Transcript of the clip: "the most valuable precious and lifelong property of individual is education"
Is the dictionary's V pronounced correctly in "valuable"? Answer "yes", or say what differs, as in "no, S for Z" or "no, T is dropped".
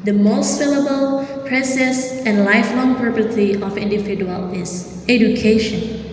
no, F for V